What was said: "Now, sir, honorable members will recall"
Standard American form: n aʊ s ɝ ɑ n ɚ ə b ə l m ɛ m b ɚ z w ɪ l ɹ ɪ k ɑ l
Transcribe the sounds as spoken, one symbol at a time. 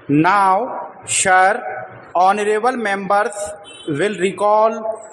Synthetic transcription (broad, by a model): n aʊ ʃ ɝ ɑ n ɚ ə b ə l m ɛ m b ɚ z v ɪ l ɹ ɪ k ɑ l